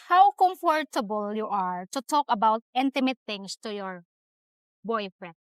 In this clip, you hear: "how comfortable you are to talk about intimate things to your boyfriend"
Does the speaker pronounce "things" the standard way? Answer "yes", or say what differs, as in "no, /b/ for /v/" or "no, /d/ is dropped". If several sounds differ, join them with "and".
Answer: no, /t/ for /θ/ and /s/ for /z/